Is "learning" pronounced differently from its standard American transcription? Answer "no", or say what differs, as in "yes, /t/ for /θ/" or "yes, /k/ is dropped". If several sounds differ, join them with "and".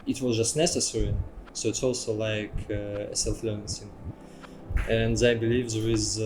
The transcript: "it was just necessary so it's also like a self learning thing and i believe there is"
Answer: yes, /n/ is dropped